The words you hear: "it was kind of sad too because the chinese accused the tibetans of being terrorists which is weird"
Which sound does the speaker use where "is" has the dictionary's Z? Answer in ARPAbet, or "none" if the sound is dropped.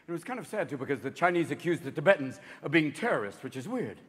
Z